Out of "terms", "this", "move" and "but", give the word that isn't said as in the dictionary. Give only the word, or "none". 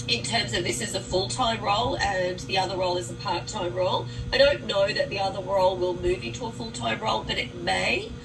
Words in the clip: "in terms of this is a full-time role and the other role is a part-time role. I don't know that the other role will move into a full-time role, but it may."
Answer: none